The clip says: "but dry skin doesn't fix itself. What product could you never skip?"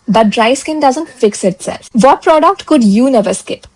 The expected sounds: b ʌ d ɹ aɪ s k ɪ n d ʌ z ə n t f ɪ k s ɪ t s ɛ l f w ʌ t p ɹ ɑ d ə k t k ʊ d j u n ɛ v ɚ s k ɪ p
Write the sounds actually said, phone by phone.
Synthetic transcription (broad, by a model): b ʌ d ɹ aɪ s k ɪ n d ʌ z ə n t f ɪ k s ɪ t s ɛ l f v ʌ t p ɹ ɑ d ə k t k ʊ d j u n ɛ v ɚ s k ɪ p